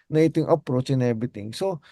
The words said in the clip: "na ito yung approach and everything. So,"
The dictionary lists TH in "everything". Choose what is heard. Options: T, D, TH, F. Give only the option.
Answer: T